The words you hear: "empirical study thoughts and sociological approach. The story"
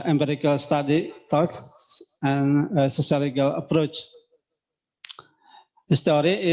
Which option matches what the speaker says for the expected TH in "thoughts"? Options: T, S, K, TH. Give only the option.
T